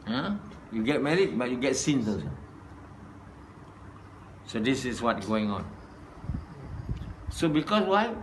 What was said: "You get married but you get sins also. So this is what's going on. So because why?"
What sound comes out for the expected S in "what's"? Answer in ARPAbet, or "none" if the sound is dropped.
none